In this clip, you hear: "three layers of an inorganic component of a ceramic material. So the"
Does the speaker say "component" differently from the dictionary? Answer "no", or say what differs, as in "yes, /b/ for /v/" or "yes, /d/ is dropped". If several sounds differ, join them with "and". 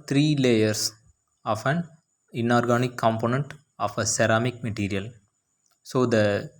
no